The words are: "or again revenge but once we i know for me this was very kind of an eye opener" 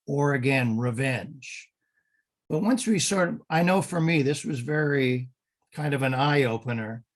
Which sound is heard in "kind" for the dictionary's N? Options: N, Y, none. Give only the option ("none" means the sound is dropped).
N